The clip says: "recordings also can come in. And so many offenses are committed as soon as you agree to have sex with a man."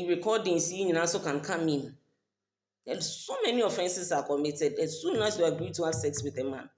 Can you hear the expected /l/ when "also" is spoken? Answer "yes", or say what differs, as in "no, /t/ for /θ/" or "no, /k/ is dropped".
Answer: no, /n/ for /l/